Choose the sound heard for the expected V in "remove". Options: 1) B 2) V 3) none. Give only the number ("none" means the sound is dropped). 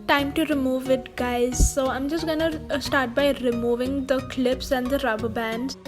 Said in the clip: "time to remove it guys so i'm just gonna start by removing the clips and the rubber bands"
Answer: 2